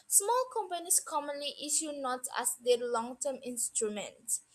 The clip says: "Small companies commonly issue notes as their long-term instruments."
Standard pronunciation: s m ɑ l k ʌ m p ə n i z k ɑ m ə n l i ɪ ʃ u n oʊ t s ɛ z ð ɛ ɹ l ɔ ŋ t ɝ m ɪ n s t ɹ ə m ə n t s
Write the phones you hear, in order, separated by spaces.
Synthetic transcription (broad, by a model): s m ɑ l k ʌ m p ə n i s k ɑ m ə n l i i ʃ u n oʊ t ɛ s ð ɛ l ɔ ŋ t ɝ m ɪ n s t ɹ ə m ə n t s